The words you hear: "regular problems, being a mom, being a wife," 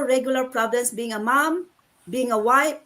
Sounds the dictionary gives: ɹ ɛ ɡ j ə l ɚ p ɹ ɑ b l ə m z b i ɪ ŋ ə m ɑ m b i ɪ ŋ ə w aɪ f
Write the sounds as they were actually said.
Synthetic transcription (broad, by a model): ɹ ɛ ɡ j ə l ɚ p ɹ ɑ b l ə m s b i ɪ ŋ ə m ɑ m b i ɪ ŋ ə w aɪ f